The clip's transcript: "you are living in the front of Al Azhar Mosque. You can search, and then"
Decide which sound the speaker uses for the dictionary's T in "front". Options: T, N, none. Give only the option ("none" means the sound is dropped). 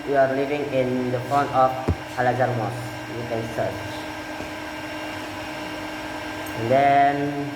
none